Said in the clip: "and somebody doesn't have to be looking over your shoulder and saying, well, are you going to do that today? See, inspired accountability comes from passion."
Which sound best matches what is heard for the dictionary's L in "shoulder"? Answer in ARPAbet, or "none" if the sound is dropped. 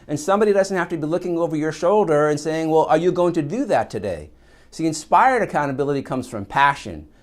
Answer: L